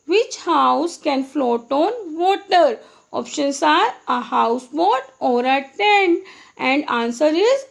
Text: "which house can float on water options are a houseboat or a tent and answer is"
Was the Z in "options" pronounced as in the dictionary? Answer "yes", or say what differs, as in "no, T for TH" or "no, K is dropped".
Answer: no, S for Z